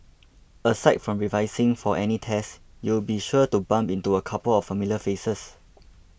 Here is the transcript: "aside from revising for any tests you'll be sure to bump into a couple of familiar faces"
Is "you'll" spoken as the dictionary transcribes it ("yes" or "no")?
no